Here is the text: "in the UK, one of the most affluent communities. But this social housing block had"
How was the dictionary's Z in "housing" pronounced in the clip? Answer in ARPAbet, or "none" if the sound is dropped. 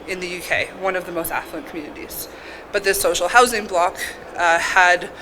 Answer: Z